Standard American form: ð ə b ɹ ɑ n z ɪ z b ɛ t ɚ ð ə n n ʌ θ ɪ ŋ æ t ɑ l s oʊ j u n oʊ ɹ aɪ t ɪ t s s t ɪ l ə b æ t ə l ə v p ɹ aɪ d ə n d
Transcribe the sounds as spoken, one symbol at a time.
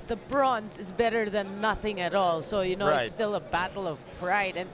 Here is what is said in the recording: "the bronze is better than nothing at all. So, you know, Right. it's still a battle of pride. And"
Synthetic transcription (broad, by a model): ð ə b ɹ ɑ n z ɪ z b ɛ t ɚ ð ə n n ʌ θ ɪ ŋ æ t ɑ l s oʊ j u n oʊ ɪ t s s t ɪ l ə b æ t l ə v p ɹ aɪ d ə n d